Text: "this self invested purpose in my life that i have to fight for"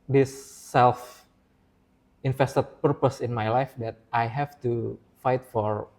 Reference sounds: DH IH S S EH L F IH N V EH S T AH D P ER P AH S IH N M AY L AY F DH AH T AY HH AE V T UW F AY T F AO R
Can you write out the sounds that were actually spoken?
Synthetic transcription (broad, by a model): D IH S S EH L F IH N F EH S T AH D P ER P AH S IH N M AY L AY F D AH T AY HH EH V T UW F AY T F AO R